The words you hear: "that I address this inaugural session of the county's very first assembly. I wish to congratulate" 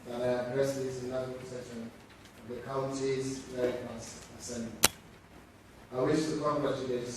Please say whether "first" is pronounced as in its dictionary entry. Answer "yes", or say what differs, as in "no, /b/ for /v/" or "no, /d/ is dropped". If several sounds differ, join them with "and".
no, /t/ is dropped